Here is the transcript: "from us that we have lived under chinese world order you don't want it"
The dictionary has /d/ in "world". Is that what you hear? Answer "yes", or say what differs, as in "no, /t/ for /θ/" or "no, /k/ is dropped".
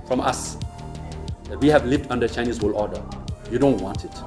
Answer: no, /d/ is dropped